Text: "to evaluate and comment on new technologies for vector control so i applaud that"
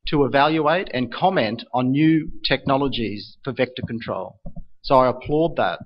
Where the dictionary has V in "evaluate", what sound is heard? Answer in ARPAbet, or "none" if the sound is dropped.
V